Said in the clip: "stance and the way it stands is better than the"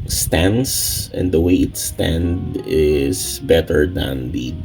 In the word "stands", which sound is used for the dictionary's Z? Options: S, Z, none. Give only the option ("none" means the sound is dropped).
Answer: none